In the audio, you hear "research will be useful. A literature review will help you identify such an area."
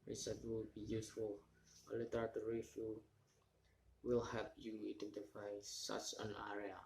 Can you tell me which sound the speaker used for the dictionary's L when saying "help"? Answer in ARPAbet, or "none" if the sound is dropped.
none